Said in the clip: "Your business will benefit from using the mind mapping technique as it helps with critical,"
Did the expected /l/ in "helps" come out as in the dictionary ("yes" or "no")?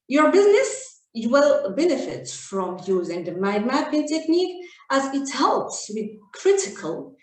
yes